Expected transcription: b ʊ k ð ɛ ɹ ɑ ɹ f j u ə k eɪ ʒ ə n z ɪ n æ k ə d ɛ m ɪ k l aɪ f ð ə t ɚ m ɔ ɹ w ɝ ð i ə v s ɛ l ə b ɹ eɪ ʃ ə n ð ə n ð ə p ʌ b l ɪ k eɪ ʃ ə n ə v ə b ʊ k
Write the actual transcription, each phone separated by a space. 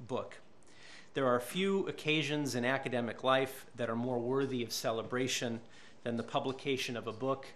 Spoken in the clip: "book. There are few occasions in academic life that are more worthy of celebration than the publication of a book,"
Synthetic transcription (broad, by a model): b ʊ k ð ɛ ɹ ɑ ɹ f j u ə k eɪ ʒ ə n z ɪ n æ k ə d ɛ m ɪ k l aɪ f ð ə t ɚ m ɔ ɹ w ɝ ð i ə v s ɛ l ə b ɹ eɪ ʃ ə n ð ə n ð ə p ʌ b l ɪ k eɪ ʃ ə n ə v ə b ʊ k